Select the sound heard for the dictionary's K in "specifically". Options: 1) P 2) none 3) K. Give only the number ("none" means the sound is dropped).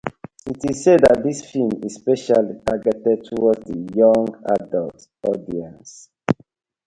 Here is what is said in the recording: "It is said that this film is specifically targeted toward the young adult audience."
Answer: 2